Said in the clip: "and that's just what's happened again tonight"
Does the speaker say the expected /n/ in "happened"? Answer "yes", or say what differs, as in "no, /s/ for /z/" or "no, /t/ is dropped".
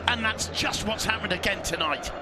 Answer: no, /n/ is dropped